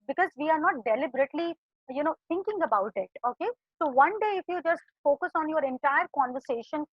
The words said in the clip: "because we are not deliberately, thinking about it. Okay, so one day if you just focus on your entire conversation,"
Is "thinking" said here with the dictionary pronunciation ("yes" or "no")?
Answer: no